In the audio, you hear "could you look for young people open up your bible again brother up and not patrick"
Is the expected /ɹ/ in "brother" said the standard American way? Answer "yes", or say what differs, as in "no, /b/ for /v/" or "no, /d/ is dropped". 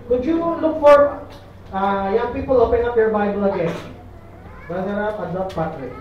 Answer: no, /ɹ/ is dropped